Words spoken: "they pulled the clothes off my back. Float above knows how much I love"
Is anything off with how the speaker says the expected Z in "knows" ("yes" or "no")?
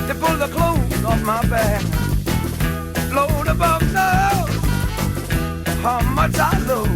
yes